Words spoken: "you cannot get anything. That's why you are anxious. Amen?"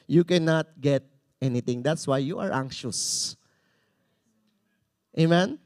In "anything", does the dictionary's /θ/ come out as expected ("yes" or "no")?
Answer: no